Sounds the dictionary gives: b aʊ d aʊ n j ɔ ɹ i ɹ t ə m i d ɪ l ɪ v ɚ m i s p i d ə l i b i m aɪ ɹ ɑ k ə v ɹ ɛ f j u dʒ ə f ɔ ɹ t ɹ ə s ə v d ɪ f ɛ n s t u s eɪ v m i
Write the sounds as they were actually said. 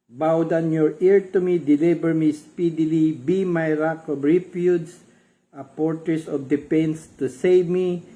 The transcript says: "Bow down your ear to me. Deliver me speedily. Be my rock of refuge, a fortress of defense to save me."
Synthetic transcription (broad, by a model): b aʊ d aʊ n j ɔ ɹ i ɹ t ə m i d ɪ l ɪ b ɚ m i s p i d ə l i b i m aɪ ɹ ɑ k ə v ɹ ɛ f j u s ə p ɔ ɹ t ɹ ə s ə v d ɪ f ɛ n s t u s eɪ v m i